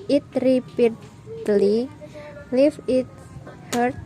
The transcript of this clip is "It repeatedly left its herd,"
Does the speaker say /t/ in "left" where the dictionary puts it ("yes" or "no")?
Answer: no